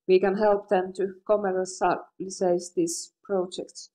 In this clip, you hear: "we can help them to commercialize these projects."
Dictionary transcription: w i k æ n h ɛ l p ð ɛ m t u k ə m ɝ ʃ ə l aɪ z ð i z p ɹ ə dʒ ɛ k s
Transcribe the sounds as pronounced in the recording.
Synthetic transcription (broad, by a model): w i k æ n h ɛ l p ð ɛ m t u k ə m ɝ s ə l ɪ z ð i s p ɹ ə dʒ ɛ k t